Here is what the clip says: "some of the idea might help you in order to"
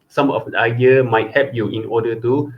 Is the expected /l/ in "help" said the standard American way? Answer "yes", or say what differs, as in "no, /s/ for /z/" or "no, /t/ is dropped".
no, /l/ is dropped